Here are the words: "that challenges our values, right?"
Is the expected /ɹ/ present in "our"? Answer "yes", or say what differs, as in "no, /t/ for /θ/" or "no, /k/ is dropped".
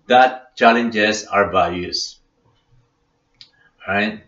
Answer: yes